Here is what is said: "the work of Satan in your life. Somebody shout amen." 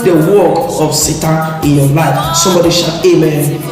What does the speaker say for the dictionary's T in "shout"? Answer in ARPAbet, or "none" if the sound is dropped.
none